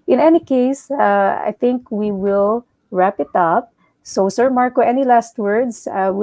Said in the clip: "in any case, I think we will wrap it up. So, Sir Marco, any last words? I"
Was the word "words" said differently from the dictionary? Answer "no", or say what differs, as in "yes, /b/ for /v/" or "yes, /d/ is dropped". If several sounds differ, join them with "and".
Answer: yes, /s/ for /z/